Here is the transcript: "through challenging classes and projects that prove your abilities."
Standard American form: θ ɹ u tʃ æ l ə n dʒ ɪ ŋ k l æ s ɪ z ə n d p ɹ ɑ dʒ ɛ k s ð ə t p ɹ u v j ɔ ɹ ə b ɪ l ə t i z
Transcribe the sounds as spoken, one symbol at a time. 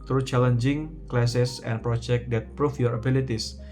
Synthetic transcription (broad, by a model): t ɹ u tʃ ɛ l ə n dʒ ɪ ŋ k l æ s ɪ s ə n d p ɹ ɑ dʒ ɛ k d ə t p ɹ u f j ɔ ɹ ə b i l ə t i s